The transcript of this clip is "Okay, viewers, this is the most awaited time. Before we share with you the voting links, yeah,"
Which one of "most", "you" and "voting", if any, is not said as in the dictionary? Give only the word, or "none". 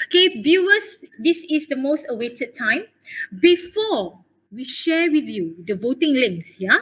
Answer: none